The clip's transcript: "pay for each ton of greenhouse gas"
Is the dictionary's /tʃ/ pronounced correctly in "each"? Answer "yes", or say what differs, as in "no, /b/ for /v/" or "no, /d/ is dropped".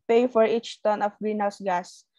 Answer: yes